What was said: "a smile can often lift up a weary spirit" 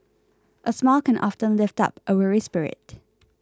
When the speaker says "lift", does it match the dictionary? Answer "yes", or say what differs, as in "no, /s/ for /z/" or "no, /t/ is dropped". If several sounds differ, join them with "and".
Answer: yes